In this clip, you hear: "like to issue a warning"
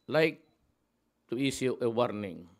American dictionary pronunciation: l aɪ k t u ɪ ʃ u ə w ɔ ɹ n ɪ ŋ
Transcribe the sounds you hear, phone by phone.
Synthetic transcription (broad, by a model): l aɪ k t u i s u ə w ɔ ɹ n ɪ ŋ